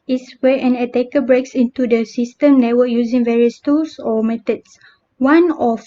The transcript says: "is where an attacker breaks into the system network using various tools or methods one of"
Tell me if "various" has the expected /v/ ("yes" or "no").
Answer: yes